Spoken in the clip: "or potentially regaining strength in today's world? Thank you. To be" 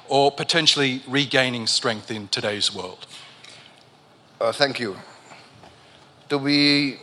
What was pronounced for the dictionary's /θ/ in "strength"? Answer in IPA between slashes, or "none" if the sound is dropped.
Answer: /θ/